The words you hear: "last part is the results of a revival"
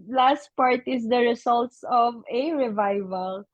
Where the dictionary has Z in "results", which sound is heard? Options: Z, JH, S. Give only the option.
S